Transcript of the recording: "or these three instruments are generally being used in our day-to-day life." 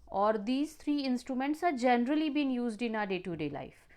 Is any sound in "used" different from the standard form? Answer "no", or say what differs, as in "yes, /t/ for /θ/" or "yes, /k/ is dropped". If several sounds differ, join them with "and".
no